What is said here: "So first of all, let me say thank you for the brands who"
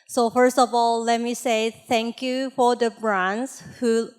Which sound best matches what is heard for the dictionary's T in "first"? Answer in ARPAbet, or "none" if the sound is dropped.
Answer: T